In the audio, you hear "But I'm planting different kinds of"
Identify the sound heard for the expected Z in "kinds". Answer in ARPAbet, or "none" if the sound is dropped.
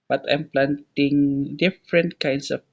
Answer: S